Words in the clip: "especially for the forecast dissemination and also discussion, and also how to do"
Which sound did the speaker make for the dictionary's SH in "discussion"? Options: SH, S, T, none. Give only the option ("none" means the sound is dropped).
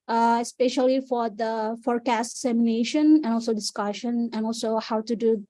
SH